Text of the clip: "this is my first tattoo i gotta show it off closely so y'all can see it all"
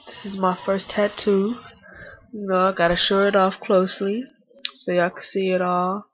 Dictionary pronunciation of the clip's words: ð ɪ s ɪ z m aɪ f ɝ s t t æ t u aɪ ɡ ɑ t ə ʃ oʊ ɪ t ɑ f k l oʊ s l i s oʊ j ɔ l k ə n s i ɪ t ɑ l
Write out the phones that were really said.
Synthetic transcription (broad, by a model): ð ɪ s ɪ z m aɪ f ɝ s t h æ t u aɪ ɡ ɑ t ə ʃ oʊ ɪ t ɑ f k l oʊ s l i s oʊ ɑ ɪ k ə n s i ɪ t ɑ l